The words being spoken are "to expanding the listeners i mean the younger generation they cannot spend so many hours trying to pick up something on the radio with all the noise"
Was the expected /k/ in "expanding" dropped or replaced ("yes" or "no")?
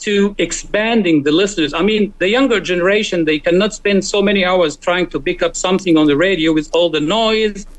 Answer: no